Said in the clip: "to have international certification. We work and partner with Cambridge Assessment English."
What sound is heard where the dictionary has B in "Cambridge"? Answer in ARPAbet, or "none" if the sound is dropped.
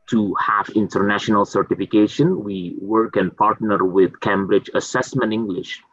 B